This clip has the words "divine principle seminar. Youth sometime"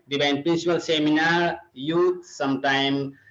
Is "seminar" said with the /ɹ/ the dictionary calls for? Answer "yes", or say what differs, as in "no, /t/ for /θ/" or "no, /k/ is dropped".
yes